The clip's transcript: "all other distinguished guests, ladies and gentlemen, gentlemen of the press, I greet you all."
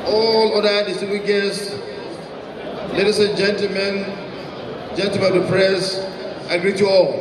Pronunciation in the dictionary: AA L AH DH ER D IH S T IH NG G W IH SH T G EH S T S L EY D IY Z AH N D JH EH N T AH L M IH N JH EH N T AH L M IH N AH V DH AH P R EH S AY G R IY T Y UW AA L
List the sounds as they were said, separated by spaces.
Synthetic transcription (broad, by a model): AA L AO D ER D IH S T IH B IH G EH S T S L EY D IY S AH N JH EH N T AH L M IH N JH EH N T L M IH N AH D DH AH P R EH S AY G R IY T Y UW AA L